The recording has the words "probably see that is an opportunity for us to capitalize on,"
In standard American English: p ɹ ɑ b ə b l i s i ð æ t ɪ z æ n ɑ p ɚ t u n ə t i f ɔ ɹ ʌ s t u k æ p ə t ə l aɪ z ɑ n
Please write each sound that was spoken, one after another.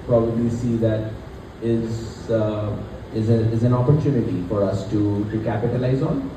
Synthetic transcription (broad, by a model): p ɹ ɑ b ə b l i s i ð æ t ɪ z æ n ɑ p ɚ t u n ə t i f ɔ ɹ ʌ s t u k æ p ə t ə l aɪ z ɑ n